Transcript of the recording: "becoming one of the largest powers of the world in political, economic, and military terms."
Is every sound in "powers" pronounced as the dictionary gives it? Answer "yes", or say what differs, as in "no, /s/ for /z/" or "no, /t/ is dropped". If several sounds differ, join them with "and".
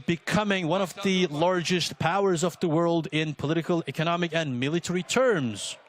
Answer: yes